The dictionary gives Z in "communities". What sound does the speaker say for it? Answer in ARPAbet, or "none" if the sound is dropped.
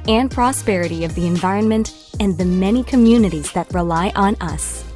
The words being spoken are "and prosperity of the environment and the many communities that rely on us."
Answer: Z